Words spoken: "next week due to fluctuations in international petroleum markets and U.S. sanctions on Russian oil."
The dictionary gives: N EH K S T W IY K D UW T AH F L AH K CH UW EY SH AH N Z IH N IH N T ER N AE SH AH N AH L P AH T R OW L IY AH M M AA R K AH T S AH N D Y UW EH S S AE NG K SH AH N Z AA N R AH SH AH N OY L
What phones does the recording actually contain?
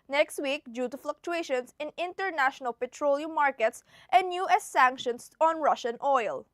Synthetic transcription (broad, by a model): N EH K S T W IY K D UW T AH F L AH K CH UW EY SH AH N S IH N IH N T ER N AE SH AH N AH L P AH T R OW L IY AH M M AA R K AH T S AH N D Y UW EH S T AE NG K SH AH N S AA N R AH SH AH N OY L